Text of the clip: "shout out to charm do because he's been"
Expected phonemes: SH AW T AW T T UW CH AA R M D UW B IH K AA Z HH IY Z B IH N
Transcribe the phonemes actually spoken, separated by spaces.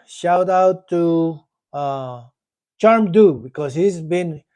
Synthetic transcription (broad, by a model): SH AW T AW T T UW CH AA R M D UW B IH K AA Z HH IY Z B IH N